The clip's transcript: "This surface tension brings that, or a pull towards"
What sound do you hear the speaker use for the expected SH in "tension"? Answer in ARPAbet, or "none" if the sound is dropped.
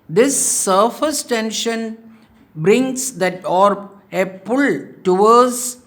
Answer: SH